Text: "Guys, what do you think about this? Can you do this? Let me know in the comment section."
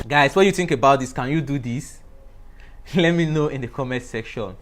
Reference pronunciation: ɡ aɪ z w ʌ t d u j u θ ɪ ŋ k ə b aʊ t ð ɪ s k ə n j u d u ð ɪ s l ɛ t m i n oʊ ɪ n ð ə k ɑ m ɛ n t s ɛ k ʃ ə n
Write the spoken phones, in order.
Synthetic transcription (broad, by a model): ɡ aɪ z w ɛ j u θ ɪ ŋ k ə b aʊ t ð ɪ s k ə n j u d u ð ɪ s l ɛ t m i n oʊ ɪ n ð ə k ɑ m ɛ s ɛ k ʃ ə n